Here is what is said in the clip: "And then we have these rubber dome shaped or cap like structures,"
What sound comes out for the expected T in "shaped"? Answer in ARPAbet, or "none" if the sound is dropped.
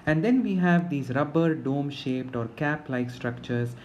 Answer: T